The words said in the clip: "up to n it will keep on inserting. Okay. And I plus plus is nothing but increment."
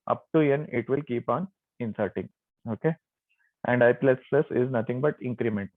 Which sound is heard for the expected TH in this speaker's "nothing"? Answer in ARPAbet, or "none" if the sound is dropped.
T